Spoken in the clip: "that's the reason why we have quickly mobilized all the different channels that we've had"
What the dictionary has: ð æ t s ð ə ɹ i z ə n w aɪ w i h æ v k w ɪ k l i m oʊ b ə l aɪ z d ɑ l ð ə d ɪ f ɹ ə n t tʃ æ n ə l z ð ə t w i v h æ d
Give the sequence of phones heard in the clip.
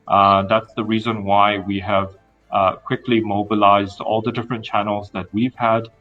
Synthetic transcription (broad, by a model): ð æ t s ð ə ɹ i z ə n w aɪ w i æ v k w ɪ k l i m oʊ b ə l aɪ z d ɑ l ð ə d ɪ f ɹ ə n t tʃ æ n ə l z ð ə t w i v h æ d